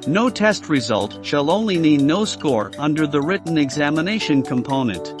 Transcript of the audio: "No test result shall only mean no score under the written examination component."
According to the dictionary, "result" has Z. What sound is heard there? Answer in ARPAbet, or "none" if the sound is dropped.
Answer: Z